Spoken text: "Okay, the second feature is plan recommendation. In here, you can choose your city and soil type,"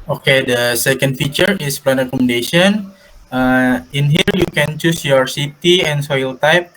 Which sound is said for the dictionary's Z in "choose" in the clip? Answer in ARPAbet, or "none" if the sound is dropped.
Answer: S